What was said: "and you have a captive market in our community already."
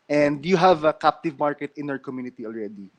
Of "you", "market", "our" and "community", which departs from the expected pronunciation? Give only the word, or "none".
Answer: none